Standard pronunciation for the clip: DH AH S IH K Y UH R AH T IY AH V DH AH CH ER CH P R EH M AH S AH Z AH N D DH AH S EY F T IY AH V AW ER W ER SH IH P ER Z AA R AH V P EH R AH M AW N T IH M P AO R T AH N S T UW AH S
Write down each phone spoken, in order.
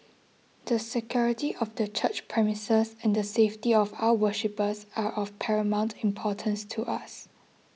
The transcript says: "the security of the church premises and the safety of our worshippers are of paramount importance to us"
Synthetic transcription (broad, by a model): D AH S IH K Y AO R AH T IY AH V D AH CH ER CH P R EH M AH S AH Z AH N D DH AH S EY F T IY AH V AW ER W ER SH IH P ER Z AA R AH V P EH R AH M AW N T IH M P AO T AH N S T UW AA S